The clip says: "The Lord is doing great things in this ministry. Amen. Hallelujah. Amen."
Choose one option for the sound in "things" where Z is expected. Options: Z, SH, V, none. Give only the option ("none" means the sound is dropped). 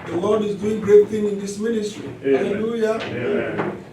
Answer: none